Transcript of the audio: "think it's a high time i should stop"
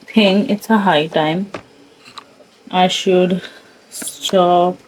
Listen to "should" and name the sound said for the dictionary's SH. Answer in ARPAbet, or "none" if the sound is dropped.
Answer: SH